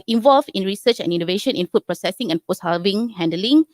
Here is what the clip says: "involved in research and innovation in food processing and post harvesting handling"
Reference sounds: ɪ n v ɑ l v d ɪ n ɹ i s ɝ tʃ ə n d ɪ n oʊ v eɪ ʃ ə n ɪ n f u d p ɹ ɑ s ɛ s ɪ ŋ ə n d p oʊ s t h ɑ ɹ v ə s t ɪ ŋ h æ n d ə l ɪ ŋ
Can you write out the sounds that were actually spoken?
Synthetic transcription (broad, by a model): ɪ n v ɑ l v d ɪ n ɹ i s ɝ tʃ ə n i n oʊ v eɪ ʃ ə n ɪ n f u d p ɹ ɑ s ɛ s ɪ ŋ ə n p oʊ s h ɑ l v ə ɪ ŋ h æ n d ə l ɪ ŋ